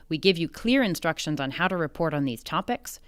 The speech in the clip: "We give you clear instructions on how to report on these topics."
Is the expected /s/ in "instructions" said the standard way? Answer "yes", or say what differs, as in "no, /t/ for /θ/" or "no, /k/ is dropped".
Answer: yes